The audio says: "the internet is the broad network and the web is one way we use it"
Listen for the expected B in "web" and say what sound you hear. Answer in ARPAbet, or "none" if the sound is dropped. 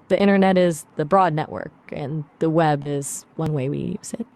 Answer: B